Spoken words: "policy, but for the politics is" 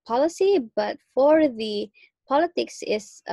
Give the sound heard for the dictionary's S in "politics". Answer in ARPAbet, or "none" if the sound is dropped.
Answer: S